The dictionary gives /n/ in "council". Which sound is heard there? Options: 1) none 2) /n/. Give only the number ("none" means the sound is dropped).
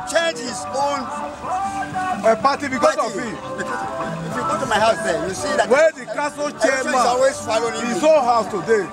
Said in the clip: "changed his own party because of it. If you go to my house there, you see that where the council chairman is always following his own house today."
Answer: 1